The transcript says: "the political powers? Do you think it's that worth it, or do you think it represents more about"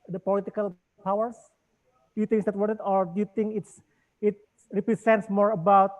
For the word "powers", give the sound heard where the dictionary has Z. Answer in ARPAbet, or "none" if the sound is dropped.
S